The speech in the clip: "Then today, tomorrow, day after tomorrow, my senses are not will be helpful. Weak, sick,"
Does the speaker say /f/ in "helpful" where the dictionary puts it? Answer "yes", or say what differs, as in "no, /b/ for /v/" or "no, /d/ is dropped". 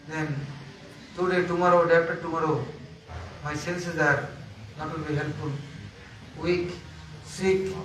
no, /f/ is dropped